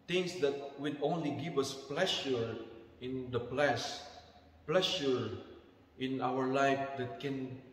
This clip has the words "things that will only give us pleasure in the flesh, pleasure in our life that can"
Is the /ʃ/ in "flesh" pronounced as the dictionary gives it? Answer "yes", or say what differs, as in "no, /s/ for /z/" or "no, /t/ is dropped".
no, /s/ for /ʃ/